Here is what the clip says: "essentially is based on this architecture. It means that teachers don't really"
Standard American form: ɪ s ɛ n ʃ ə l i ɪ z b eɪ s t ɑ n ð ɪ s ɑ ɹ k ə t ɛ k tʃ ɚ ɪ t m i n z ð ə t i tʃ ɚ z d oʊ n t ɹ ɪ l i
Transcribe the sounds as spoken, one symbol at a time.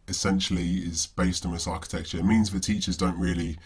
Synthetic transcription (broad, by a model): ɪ s ɛ n ʃ ə l i ɪ z b eɪ s t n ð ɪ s ɑ k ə t ɛ k tʃ ɚ ɪ t m i n z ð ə t i tʃ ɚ z d oʊ n t ɹ ɪ l i